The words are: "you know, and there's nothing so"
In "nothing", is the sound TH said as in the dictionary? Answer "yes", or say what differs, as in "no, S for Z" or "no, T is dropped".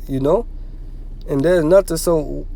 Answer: no, T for TH